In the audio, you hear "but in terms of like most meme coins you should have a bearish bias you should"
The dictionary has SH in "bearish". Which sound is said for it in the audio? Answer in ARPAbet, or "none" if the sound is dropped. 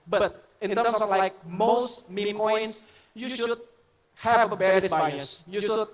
S